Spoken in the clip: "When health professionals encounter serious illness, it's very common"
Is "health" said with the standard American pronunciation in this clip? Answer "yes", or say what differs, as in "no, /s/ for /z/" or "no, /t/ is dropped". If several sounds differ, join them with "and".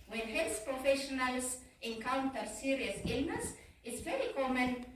no, /s/ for /θ/